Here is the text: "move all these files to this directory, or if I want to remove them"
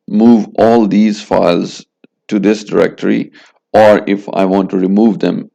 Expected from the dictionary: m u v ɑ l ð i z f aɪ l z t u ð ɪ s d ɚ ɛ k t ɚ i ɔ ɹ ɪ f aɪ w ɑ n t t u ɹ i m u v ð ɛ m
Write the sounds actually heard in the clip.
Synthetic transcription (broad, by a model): m u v ɑ l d i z f aɪ l z t u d ɪ s d ɚ ɛ k t ɚ i ɔ ɹ ɪ f aɪ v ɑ n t t u ɹ i m u v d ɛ m